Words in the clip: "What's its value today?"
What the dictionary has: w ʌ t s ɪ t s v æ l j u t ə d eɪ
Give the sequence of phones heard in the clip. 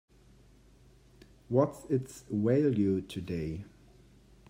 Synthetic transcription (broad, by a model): w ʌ t s ɪ t s w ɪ l j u t ə d eɪ